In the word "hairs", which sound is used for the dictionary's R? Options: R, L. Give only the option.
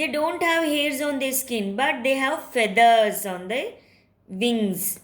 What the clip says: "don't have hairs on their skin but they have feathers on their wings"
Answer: R